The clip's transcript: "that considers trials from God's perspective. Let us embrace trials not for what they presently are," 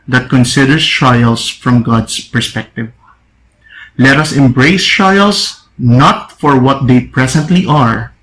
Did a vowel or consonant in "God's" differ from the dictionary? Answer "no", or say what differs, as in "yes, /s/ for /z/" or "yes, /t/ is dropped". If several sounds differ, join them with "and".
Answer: yes, /s/ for /z/